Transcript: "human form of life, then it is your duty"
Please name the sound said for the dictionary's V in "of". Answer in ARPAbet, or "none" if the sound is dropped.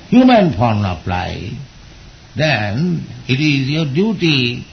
P